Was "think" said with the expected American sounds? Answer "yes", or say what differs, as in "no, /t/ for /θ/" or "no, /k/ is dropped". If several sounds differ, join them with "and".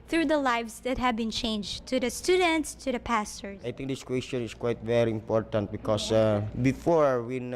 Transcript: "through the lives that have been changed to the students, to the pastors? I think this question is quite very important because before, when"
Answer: no, /t/ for /θ/